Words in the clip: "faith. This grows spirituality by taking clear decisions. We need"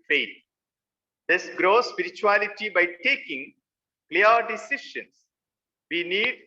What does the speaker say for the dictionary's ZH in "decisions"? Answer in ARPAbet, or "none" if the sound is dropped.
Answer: SH